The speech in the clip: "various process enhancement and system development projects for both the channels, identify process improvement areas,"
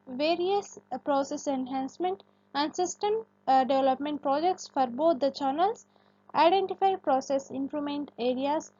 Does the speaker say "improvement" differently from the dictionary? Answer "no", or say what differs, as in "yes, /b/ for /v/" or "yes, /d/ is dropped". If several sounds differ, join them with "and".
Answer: yes, /v/ is dropped